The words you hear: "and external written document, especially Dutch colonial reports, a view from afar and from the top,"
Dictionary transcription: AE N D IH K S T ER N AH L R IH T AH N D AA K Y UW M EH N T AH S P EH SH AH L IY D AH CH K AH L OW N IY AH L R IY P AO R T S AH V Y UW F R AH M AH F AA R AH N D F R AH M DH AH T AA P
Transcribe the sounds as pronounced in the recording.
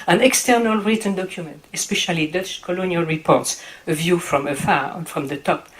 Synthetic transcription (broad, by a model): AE N IH K S T ER N AH L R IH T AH N D AA K Y UW M EH N T AH S P EH SH AH L IY D AH CH K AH L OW N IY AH L R IY P AO R T S AH V Y UW F R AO M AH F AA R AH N F R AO M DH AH T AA P